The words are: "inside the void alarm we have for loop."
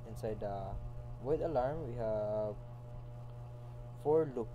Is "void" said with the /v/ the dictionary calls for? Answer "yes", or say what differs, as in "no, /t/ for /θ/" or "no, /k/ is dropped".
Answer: no, /w/ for /v/